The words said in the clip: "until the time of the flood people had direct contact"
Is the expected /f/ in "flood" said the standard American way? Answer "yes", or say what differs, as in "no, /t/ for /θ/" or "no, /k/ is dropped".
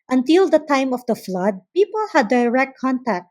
yes